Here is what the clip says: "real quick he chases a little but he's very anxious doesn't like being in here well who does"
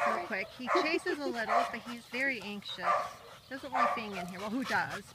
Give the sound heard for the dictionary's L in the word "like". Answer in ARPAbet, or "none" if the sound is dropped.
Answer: W